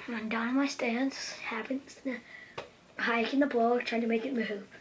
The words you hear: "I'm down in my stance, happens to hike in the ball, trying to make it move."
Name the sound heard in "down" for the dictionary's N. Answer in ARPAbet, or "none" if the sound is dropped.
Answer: none